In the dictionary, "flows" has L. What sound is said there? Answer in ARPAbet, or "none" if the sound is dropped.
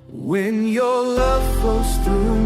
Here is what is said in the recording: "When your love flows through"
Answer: none